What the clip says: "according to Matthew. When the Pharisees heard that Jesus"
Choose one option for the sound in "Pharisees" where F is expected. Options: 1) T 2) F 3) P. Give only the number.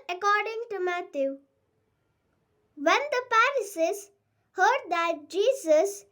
3